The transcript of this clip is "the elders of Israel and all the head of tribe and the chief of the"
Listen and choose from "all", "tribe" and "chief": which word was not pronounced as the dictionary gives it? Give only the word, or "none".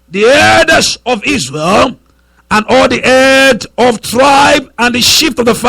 chief